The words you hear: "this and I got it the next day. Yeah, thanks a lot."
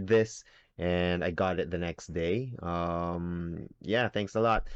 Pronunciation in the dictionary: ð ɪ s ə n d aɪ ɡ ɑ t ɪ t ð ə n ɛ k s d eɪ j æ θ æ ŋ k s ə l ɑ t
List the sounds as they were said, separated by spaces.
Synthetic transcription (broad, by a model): ð ɪ s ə n aɪ ɡ ɑ t ɪ t ð ə n ɛ k s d eɪ j æ θ æ ŋ k s ə l ɑ t